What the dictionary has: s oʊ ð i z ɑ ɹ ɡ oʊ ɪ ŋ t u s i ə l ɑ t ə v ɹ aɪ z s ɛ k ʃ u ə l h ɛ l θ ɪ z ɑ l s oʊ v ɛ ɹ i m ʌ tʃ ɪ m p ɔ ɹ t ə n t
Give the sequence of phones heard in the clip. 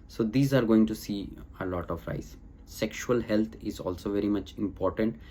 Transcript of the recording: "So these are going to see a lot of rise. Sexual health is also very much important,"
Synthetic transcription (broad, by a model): s oʊ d i z ɑ ɹ ɡ oʊ ɪ ŋ t u s i ə l ɑ t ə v ɹ aɪ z s ɛ k ʃ u ə l h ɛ l t ɪ z ɑ l s oʊ v ɛ ɹ i m ʌ tʃ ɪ m p ɔ ɹ t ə n t